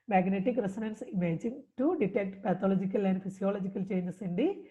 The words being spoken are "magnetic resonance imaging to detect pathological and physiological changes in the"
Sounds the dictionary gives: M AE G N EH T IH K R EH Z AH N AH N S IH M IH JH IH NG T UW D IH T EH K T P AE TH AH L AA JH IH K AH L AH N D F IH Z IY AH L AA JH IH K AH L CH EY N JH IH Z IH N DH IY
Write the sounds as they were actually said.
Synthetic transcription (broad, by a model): M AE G N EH T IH K R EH S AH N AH N S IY M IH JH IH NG T UW D IH T EH K T P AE T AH L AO JH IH K AH L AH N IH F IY S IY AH L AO JH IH K AH L CH EY N IH S IH N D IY